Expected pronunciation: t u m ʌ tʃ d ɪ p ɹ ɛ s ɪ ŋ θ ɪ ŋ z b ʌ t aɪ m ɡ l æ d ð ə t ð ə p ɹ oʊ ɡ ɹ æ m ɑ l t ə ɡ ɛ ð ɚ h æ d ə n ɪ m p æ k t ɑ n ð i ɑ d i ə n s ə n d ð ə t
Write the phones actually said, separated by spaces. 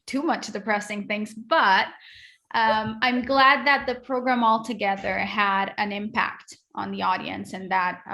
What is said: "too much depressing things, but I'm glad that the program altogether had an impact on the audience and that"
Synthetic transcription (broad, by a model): t u m ʌ tʃ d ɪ p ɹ ɛ s ɪ ŋ θ ɪ ŋ z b ʌ t aɪ m ɡ l æ d ð ə t ð ə p ɹ oʊ ɡ ɹ æ m ɑ l t ə ɡ ɛ ð ɚ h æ d ə n ɪ m p æ k t n ð i ɑ d i ə n s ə n ð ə t